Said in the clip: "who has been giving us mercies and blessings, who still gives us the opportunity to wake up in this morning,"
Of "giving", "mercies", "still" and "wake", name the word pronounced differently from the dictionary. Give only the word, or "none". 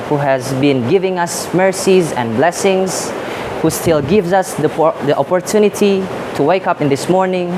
none